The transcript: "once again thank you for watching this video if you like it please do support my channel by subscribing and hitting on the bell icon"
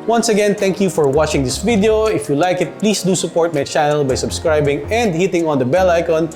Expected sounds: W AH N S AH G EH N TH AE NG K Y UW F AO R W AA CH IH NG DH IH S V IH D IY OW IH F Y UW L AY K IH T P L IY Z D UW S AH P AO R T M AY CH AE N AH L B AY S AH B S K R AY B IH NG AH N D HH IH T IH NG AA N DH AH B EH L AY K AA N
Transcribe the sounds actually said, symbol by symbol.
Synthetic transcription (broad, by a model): W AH N S AH G EH N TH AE NG K Y UW F AO R W AA CH IH NG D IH S V IH D IY OW IH F Y UW L AY K IH T P L IY S D UW S AH P AO R T M AY CH AE N AH L B AY S AH B S K R AY B IH NG AH N D HH IH T IH NG AA N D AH B EH L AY K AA N